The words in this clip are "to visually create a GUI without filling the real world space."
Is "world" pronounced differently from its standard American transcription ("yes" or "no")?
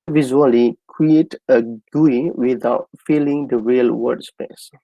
yes